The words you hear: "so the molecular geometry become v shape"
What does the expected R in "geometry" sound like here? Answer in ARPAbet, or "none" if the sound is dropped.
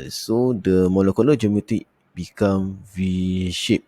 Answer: none